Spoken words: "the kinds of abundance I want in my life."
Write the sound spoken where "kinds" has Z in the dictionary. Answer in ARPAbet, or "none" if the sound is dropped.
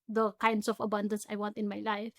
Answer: S